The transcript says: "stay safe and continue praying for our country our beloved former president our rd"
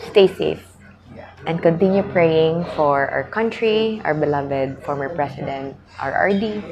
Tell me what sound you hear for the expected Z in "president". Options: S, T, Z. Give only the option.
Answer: S